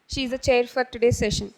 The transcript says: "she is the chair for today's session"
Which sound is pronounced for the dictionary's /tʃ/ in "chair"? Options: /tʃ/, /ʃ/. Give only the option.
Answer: /tʃ/